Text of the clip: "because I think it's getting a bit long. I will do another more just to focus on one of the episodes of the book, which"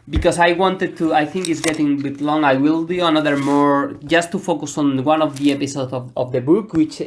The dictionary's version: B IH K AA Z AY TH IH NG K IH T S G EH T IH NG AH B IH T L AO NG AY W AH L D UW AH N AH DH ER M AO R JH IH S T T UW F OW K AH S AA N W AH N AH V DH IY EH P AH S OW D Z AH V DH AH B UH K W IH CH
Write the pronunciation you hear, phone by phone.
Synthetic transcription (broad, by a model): B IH K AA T AY TH IH NG K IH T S G EH T IH NG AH B IH T L AO NG AY W AH L D UW AH N AH DH ER M AO R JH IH S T T UW F OW K AH S AA N W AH N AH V DH IY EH P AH S OW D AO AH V DH AH B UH K W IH CH